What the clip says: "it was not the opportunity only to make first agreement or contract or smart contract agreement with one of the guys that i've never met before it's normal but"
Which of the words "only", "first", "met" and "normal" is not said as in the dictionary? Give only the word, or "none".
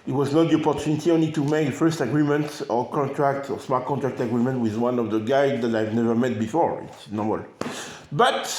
none